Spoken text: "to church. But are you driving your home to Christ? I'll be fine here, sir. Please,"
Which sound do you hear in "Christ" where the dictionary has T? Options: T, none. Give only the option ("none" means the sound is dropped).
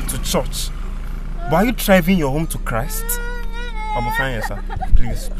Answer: T